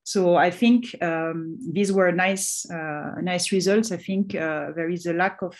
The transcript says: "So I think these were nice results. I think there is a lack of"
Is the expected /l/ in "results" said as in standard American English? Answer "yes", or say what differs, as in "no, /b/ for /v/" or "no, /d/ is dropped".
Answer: yes